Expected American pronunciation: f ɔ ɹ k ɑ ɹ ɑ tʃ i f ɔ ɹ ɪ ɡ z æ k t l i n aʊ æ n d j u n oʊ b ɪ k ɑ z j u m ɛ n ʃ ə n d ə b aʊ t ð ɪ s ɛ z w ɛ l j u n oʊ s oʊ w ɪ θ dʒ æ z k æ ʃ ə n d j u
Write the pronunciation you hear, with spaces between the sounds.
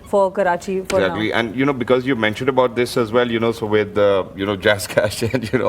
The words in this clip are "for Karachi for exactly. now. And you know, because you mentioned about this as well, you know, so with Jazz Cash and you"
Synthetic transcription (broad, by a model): f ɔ ɹ k ɑ ɹ ɑ tʃ i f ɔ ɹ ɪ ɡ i t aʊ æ n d j u n oʊ b ɪ k ɑ z j u m ɛ n ʃ ə n d ə b aʊ t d ɪ s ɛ z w ɛ l j u n oʊ s oʊ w ɪ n dʒ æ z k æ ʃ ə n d j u